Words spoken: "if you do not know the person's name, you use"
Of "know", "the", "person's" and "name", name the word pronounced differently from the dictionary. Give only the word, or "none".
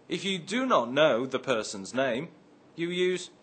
none